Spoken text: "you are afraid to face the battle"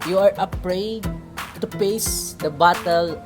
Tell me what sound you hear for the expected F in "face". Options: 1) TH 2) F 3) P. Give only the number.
3